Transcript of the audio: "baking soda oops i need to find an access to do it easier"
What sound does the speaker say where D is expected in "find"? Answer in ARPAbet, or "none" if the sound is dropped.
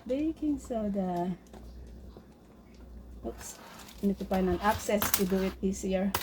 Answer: none